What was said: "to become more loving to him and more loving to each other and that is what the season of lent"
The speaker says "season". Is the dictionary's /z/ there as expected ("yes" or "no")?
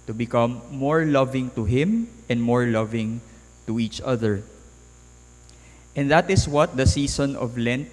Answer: no